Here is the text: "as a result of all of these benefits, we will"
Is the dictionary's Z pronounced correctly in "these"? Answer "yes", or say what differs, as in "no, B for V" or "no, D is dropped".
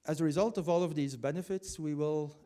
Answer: yes